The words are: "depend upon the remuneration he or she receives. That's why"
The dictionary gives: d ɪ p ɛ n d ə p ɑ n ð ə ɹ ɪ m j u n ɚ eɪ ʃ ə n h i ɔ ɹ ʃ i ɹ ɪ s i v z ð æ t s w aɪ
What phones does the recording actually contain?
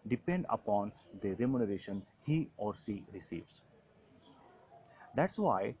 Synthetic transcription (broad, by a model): d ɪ p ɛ n d ə p ɑ n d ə ɹ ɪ m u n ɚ eɪ ʃ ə n h i ɔ ɹ s i ɹ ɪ s i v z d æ t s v aɪ